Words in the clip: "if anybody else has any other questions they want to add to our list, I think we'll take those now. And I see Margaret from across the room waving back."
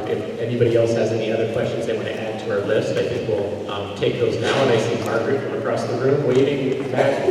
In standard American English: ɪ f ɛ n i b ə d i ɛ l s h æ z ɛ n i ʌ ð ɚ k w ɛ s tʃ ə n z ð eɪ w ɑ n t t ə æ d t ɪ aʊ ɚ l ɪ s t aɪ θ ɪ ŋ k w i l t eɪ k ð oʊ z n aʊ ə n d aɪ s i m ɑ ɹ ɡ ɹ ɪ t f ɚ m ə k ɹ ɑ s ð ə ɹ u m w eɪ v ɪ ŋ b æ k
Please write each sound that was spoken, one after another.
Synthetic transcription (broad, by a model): ɪ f ɛ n i b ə d i ɛ l s h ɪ z ɛ n i ʌ ð ɚ k w ɛ s tʃ ə n z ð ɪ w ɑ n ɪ t æ d t ɪ aʊ ɚ l ɪ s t aɪ θ ɪ ŋ k w i l t eɪ k ð oʊ z n aʊ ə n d aɪ s i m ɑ ɹ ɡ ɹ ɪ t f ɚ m ə k ɹ ɑ s ð ə ɹ u m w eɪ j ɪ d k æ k